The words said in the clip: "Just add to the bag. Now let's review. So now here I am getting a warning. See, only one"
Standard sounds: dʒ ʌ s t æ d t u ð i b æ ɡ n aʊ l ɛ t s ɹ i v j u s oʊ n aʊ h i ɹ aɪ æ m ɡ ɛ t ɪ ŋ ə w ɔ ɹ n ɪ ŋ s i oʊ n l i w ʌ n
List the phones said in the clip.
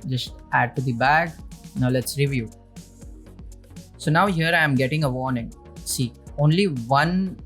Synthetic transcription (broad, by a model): dʒ ʌ s t æ d t u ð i b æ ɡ n aʊ l ɛ t s ɹ i v j u s oʊ n aʊ h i ɹ aɪ m ɡ ɛ t ɪ ŋ ə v ɔ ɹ n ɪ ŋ s i oʊ n l i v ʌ n